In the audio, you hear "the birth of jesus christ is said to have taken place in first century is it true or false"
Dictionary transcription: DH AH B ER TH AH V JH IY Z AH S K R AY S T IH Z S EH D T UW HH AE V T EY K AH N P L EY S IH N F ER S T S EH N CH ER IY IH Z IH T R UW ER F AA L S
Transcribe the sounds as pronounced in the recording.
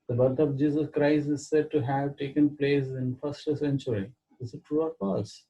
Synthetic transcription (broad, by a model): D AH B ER T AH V JH IY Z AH S K R AY S T IH Z S EH D T UW HH AE V T EY K AH N P L EY S IH N F ER S T S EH N CH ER IY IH S IH T R UW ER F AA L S